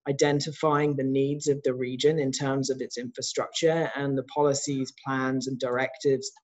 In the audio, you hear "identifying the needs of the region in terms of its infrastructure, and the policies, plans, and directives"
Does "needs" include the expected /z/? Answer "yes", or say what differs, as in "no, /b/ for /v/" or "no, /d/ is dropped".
yes